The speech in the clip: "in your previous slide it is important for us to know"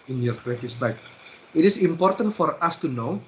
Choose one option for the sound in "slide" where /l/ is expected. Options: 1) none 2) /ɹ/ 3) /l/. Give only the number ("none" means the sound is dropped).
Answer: 1